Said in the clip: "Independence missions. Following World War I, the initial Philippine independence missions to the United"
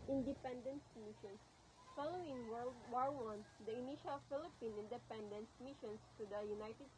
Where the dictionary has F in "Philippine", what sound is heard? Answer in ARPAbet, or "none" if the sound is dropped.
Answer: F